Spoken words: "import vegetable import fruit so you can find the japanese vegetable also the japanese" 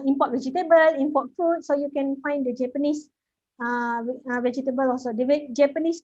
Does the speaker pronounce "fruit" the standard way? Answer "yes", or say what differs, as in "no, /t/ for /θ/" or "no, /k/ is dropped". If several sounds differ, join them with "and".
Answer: no, /ɹ/ is dropped